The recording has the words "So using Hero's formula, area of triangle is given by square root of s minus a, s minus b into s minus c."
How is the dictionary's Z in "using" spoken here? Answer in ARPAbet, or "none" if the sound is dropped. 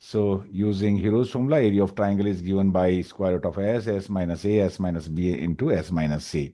Z